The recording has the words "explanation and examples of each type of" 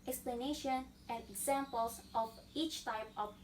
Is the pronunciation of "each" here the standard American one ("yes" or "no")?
yes